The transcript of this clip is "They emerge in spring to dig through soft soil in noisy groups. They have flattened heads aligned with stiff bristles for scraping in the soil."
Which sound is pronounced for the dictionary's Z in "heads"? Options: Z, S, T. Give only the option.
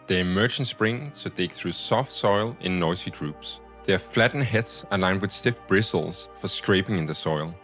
S